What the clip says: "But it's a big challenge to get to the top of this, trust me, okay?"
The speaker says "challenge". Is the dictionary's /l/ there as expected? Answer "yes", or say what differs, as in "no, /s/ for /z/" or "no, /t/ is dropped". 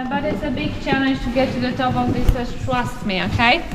no, /n/ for /l/